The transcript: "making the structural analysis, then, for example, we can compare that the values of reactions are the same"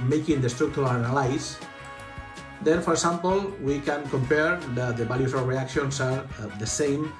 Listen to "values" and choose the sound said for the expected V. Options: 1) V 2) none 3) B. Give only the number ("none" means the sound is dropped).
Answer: 3